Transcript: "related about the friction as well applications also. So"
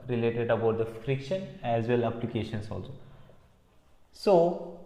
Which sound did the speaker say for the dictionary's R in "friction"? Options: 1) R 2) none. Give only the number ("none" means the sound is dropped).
1